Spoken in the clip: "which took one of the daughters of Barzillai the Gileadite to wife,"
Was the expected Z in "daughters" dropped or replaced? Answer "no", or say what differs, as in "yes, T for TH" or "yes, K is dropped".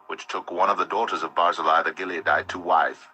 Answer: no